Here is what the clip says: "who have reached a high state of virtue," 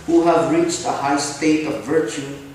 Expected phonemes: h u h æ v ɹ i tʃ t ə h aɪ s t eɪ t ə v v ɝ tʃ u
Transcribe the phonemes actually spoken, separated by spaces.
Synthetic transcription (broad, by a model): h u h æ v ɹ i tʃ t ə h aɪ s t eɪ t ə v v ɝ tʃ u